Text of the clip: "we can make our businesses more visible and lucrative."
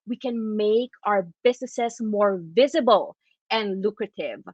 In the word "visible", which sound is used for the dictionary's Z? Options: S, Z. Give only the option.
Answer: Z